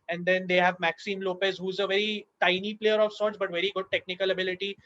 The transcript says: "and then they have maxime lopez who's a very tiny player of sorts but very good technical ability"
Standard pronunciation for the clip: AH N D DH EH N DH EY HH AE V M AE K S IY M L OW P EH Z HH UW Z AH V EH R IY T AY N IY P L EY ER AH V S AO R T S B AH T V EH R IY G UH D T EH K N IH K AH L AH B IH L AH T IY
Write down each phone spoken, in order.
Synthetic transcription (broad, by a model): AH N D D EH N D EY HH AE V M AE K S IY M L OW P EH S HH UW Z AH V EH R IY T AY N IY P L EY ER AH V S AO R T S B AH T V EH R IY G UH D T EH K N IH K AH L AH B IH L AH T IY